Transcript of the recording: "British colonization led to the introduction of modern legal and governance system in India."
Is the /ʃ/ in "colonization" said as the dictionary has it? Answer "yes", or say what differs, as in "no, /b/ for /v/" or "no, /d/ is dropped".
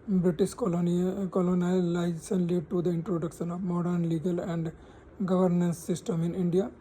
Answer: no, /s/ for /ʃ/